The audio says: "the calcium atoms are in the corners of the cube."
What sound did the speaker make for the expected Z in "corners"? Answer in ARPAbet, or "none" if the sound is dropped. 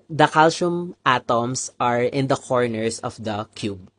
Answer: S